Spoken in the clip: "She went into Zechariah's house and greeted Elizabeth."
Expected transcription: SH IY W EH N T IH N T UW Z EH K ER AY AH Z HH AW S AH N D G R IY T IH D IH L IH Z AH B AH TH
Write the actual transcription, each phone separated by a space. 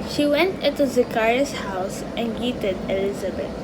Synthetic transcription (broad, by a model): SH IY W EH N T IH N T UW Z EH K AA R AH S HH AW S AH N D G IY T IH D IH L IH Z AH B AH